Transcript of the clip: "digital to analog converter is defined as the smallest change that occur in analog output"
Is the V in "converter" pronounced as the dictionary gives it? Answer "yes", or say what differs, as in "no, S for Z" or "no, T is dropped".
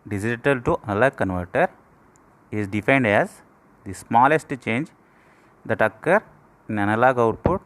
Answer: yes